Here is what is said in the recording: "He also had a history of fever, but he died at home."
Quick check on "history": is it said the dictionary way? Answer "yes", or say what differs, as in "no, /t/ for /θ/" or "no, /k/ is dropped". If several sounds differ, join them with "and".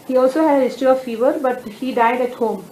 no, /ɹ/ is dropped